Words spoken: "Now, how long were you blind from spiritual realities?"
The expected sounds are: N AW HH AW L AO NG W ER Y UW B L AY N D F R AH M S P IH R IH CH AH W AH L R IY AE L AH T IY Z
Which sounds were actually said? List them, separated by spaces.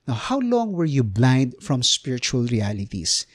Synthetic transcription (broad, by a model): N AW HH AW L AO NG W ER Y UW B L AY N D F R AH M S P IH R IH CH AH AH L R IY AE L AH T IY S